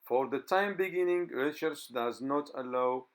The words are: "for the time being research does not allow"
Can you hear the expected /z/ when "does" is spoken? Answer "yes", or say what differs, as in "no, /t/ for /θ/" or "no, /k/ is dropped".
yes